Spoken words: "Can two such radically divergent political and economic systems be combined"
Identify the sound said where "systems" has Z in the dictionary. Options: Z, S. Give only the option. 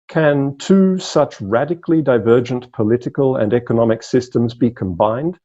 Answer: Z